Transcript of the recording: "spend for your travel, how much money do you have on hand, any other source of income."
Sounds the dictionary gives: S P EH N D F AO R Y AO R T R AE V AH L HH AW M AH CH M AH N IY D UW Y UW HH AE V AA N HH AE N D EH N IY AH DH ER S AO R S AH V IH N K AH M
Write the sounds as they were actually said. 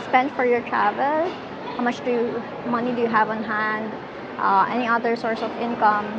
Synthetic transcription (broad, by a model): S P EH N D F AO R Y AO R T R AE V AH L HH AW M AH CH M AH N IY D UW Y UW HH AE V AA N HH AE N D EH N IY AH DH ER S AO R S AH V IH N K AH M